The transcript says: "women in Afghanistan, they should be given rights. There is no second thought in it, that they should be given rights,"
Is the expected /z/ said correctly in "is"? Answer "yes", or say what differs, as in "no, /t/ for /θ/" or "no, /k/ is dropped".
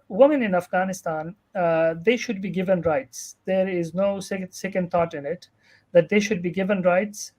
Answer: yes